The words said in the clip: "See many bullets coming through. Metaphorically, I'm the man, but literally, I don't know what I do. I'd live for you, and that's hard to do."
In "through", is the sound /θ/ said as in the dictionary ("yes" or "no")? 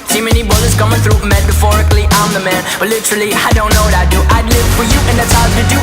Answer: yes